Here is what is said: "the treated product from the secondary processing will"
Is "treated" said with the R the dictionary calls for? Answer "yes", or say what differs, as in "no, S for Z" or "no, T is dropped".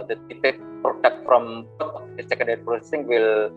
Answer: no, R is dropped